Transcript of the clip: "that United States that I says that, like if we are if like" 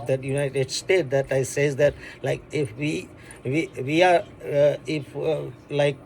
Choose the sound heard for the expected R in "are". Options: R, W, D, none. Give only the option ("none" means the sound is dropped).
W